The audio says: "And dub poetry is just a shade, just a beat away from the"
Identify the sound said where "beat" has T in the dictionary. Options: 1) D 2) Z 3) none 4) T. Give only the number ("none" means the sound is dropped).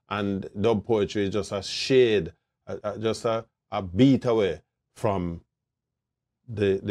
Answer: 4